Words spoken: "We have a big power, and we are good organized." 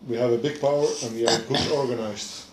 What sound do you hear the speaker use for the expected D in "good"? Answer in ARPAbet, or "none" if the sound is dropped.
none